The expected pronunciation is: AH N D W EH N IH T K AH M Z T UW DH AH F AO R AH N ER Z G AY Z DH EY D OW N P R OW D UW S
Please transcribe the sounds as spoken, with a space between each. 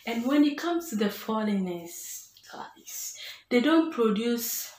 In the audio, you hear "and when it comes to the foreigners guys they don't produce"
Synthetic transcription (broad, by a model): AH N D W EH N IH T K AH M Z T UW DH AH F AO L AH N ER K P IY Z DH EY D OW N P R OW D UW S